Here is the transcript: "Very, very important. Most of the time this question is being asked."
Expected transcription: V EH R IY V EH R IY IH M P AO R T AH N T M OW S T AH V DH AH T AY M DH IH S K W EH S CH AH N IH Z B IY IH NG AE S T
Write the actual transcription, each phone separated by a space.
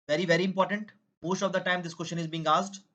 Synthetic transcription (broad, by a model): V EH R IY V EH R IY IH M P AO R T AH N T M OW S T AH V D AH T AY M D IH S K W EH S SH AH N IH Z B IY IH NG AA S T